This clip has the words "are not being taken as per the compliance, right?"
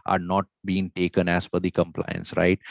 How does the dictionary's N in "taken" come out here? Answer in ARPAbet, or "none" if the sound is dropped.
N